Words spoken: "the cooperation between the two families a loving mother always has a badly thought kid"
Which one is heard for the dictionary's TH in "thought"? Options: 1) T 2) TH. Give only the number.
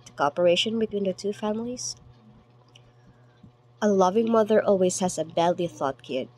2